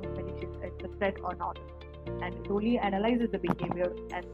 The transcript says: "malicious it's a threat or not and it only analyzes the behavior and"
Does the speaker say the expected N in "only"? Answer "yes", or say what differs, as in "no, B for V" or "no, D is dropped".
no, N is dropped